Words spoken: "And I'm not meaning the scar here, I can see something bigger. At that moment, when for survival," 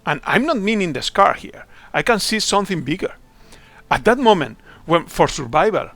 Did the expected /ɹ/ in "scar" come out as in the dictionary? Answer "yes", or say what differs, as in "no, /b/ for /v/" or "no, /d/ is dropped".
yes